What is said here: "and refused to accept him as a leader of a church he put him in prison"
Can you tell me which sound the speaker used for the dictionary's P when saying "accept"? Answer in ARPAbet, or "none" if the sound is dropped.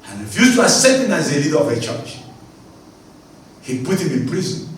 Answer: none